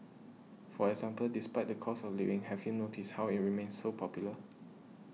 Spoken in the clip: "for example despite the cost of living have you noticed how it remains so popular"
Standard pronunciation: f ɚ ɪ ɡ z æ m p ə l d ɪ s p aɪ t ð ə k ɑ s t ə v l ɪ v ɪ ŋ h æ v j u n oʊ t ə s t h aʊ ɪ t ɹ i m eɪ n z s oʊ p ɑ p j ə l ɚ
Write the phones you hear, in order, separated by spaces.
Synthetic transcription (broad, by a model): f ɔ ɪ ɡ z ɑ m p ə l d ɪ s p aɪ t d ə k ɑ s ə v l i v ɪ ŋ h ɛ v j u n oʊ t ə s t h aʊ ɪ t ɹ i m eɪ n s oʊ p ɑ p j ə l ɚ